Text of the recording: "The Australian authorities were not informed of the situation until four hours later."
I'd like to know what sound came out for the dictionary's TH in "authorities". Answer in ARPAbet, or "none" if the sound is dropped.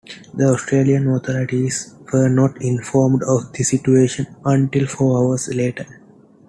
T